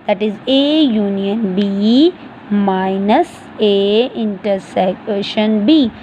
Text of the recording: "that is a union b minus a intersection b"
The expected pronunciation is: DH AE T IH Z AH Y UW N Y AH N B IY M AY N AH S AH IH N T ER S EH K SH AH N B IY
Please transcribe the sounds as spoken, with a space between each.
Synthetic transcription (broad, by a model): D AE T IH Z AH Y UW N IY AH N B IY M AY N AH S AH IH N T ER S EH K SH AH N B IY